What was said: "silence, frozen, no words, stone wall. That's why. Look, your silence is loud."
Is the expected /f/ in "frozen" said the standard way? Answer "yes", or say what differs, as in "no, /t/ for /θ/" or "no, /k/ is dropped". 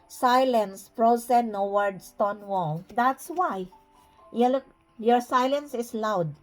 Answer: no, /p/ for /f/